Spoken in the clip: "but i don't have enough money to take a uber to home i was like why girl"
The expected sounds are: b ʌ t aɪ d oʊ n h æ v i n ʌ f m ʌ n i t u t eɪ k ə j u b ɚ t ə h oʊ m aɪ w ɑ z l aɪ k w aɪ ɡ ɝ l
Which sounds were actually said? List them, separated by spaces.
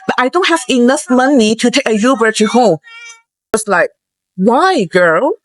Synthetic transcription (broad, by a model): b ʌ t aɪ d oʊ n h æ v i n ʌ f m ʌ n i t u t eɪ k ə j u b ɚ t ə h oʊ m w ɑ s l aɪ k w aɪ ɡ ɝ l